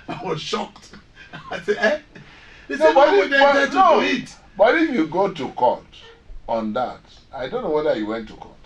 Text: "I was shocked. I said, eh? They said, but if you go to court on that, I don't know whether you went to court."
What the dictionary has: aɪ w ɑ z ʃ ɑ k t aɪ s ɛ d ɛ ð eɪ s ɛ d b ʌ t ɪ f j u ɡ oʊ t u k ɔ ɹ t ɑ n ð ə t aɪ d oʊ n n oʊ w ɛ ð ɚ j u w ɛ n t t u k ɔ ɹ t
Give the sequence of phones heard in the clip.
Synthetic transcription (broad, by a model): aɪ w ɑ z ʃ ɑ k t aɪ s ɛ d ɛ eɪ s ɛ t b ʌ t ɪ f j u ɡ oʊ t u k ɔ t ɑ n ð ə t aɪ d oʊ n n oʊ w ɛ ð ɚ j u w ɛ n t t u k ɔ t